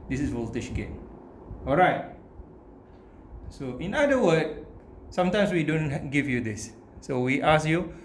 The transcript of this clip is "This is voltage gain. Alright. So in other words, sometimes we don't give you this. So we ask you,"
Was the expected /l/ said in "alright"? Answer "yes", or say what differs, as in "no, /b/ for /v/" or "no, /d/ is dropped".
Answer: yes